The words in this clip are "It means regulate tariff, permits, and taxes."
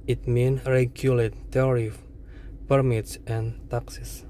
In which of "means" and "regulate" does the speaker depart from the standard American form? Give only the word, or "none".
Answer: means